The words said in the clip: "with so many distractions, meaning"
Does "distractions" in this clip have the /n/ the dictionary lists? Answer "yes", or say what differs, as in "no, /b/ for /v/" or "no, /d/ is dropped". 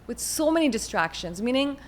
yes